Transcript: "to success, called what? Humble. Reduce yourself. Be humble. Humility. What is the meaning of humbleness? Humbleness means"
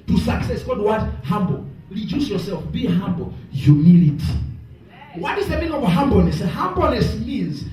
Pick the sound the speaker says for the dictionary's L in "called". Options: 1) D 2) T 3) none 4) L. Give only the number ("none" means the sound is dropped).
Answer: 3